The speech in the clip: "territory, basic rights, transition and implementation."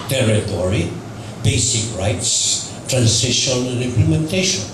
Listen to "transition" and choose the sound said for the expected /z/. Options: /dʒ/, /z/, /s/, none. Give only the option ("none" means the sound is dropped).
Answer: /s/